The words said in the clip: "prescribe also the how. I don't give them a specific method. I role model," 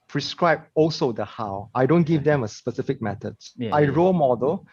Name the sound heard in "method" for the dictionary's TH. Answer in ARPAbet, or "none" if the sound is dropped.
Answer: T